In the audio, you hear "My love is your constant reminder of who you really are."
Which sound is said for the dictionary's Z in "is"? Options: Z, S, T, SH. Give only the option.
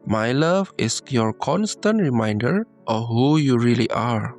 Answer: S